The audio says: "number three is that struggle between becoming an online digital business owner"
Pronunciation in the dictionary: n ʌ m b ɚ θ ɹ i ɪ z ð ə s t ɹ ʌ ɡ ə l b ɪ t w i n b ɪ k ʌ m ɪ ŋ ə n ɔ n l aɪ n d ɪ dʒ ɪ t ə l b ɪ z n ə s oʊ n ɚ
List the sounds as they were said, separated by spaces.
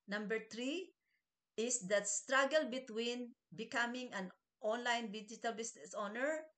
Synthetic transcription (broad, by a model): n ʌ m b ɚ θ ɹ i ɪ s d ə s t ɹ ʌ ɡ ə l b ɪ t w i n b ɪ k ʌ m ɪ ŋ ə n ɔ n l aɪ n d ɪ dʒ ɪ t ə l b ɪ s n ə s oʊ n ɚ